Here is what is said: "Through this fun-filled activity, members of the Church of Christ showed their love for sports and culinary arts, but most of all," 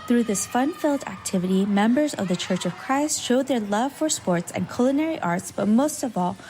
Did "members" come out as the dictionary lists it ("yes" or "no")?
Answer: yes